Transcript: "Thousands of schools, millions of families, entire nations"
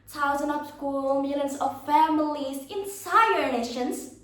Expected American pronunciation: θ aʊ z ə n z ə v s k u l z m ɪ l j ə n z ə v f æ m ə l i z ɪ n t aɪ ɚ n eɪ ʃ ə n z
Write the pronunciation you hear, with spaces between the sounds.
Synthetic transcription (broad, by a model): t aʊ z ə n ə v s k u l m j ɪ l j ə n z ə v f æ m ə l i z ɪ n s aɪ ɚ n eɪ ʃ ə n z